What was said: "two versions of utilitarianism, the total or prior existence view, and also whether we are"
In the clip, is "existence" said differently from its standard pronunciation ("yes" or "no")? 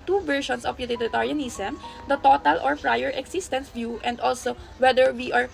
yes